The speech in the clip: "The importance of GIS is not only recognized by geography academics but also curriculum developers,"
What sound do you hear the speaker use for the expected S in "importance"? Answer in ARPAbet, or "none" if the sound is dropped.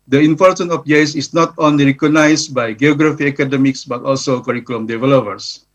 none